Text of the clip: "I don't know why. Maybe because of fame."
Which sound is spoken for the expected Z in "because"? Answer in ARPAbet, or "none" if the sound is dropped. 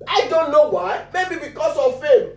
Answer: S